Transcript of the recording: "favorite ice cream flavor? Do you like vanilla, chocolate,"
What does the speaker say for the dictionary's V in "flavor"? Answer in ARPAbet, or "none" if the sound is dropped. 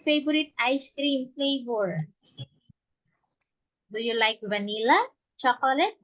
B